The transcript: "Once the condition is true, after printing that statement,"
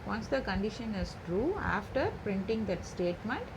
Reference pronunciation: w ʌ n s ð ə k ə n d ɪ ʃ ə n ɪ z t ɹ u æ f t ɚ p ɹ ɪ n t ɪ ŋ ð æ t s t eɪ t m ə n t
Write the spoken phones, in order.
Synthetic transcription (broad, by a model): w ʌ n s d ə k ə n d ɪ ʃ ə n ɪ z t ɹ u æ f t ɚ p ɹ ɪ n t ɪ ŋ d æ t s t eɪ t m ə n t